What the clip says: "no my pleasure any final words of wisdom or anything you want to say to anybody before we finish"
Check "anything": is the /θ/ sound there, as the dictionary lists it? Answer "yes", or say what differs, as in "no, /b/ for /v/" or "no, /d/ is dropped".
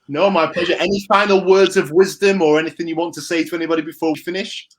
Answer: yes